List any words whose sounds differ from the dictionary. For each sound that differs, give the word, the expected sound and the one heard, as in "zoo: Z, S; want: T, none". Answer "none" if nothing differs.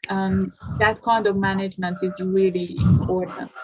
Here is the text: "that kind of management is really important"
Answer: none